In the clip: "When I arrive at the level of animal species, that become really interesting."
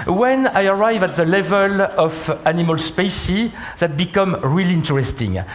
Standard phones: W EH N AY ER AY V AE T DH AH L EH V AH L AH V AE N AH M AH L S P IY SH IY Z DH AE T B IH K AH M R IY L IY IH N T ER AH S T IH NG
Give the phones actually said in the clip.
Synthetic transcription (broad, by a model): W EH N AY ER AY V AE T DH AH L EH V AH L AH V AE N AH M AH L S P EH S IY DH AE T B IH K AH M R IY L IY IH N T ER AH S T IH NG